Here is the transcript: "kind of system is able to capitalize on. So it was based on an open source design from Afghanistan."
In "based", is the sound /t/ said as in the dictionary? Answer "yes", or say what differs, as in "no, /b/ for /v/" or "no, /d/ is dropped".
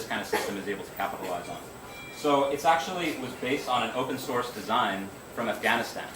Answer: yes